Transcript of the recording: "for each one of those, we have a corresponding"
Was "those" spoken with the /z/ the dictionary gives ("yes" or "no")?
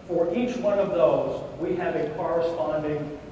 yes